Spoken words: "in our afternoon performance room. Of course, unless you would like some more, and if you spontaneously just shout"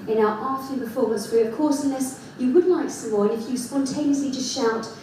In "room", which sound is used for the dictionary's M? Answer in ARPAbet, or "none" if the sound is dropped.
none